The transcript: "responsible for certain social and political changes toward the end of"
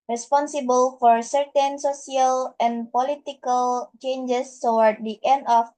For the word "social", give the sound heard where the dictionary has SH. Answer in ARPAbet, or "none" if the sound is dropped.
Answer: S